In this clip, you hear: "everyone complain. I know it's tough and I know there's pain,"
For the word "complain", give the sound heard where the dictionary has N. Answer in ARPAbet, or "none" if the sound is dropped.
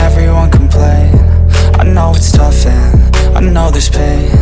none